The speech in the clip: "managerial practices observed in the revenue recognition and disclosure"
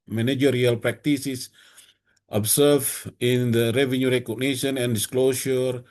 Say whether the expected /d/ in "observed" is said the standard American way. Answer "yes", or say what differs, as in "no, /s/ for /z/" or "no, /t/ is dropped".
no, /d/ is dropped